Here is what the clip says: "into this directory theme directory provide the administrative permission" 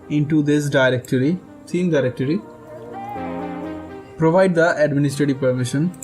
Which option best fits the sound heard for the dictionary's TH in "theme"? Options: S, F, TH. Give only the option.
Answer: S